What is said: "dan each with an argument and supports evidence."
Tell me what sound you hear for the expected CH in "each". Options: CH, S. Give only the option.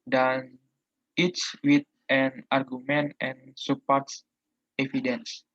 S